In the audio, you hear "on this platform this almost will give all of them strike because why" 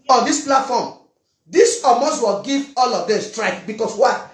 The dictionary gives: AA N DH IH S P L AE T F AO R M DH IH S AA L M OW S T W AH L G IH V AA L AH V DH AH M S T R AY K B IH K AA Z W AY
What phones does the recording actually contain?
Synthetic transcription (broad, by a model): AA N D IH S P L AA T F AO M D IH S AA M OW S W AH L G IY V AA L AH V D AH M S T R AY K B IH K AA S W AY